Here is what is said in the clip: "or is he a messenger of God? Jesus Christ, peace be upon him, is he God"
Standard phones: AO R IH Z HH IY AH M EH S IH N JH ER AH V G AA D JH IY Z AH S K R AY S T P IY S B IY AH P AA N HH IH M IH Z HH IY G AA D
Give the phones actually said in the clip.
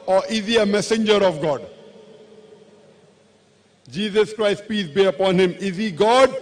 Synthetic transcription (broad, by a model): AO R IH Z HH IY AH M EH S IH N JH ER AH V G AA D JH IY Z AH S K R AY S T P IY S B IY AH P AA N HH IH M IH Z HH IY G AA D